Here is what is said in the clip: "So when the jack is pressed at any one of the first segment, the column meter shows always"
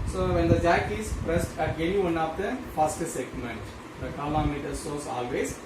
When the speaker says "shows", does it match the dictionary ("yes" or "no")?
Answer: no